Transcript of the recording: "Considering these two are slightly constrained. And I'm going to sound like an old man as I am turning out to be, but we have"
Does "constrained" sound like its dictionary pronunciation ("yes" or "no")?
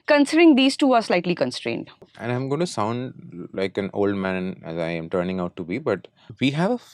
yes